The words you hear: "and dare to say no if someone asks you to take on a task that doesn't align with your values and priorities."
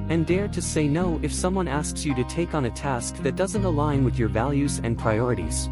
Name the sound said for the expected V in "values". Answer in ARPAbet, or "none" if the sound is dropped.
V